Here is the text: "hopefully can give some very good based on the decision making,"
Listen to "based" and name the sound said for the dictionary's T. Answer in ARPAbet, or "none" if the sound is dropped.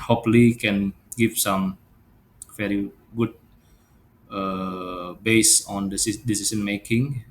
none